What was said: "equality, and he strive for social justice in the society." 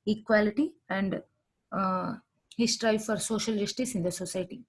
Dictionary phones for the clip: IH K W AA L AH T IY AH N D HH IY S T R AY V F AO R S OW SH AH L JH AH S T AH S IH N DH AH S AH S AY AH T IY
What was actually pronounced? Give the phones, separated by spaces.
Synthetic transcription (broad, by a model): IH K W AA L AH T IY AH N D HH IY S T R AY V F AO R S OW SH AH L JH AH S T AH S IH N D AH S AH S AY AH T IY